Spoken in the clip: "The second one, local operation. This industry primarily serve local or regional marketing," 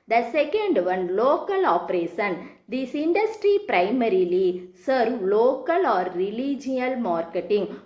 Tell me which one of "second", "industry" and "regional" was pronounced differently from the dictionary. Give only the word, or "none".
regional